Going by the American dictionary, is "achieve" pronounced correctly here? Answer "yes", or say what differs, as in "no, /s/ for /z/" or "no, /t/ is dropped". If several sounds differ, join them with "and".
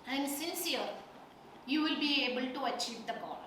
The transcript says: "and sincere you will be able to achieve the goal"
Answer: yes